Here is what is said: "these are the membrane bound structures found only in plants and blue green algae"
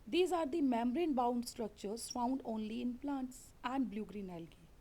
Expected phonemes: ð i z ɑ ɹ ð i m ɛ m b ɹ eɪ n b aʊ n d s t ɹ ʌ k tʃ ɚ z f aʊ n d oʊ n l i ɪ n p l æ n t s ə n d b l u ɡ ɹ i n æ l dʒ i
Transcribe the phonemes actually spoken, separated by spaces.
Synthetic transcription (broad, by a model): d i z ɑ ɹ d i m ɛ m ɹ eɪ n b aʊ n d s t ɹ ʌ k tʃ ɚ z f aʊ n d oʊ n l i ɪ n p l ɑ n t s ə n d b l u ɡ ɹ i n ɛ l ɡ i